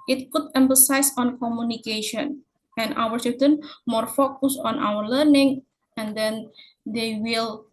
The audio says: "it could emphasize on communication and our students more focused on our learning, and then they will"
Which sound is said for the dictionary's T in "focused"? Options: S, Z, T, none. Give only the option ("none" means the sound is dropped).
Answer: none